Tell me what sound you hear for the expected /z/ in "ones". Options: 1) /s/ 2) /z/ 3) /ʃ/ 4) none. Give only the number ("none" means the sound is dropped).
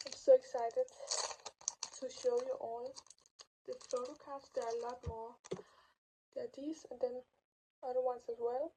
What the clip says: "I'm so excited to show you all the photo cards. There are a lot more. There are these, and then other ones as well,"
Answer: 1